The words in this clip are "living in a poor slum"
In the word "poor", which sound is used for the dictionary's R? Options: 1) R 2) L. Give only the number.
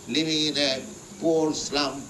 2